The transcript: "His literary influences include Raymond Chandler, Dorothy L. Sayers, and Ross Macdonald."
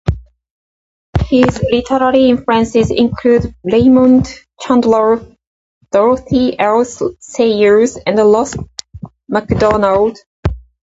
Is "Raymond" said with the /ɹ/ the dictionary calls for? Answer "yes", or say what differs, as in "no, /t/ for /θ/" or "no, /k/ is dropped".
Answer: no, /l/ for /ɹ/